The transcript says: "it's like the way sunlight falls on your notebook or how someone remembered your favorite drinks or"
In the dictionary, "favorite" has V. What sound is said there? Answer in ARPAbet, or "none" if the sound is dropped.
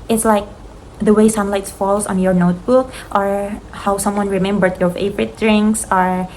P